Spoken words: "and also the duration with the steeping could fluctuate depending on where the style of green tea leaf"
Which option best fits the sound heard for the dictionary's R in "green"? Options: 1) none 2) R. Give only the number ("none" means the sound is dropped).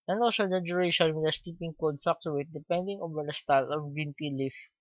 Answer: 1